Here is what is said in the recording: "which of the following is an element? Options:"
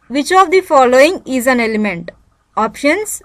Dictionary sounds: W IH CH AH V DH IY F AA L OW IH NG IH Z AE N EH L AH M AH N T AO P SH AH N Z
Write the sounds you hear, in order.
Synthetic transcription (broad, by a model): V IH CH AH V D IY F AA L OW IH NG IH Z AE N EH L AH M AH N T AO P SH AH N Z